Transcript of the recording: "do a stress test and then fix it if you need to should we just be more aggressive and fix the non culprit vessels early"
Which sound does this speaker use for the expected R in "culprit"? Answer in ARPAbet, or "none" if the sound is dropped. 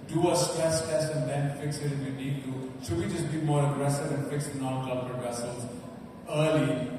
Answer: none